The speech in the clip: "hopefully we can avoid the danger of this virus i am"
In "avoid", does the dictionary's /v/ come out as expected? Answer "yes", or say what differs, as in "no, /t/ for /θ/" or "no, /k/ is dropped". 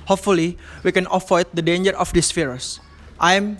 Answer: no, /f/ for /v/